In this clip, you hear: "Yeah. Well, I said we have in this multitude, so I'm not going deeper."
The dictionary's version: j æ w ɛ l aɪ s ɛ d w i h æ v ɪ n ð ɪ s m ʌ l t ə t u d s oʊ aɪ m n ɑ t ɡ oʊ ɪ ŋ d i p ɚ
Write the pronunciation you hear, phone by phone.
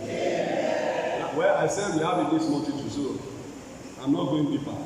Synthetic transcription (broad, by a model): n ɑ w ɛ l aɪ s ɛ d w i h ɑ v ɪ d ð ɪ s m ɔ n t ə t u s oʊ aɪ m n ɑ t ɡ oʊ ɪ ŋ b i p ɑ